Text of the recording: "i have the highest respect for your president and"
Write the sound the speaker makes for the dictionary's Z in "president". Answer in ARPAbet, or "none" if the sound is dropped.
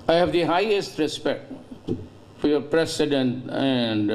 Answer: S